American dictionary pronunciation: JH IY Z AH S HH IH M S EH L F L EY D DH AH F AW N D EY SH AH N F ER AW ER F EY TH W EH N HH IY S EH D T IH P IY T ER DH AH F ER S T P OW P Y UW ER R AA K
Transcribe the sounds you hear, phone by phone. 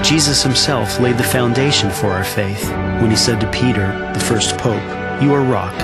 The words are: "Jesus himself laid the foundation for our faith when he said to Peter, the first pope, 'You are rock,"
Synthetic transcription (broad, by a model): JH IY Z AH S HH IH M S EH L F L EY D DH AH F AW N D EY SH AH N F ER AW ER F EY TH W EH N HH IY S EH D T IH P IY T ER DH AH F ER S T P OW P Y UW ER R AA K